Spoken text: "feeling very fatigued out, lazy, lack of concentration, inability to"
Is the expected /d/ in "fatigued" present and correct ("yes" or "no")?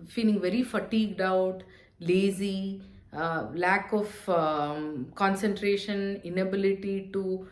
yes